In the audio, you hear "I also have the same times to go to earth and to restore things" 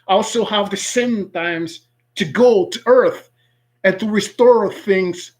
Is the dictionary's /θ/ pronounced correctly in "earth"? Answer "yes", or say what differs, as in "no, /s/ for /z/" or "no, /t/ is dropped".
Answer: yes